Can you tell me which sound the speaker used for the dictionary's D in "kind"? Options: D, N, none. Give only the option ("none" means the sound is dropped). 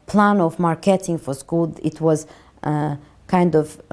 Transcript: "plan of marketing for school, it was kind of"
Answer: D